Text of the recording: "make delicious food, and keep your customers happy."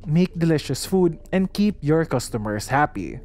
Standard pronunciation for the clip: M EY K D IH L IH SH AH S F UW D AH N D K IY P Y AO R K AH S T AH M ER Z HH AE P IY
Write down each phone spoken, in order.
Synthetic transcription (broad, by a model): M EY K D IH L IH SH AH S F UW D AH N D K IY P Y AO R K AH S T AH M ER S HH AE P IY